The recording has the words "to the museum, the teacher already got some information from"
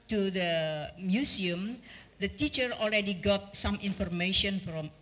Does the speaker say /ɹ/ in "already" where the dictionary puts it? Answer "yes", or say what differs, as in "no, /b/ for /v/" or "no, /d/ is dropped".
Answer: no, /l/ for /ɹ/